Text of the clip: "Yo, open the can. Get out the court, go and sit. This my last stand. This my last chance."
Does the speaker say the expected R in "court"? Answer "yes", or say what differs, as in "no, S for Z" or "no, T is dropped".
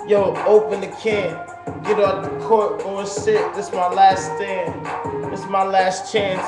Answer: yes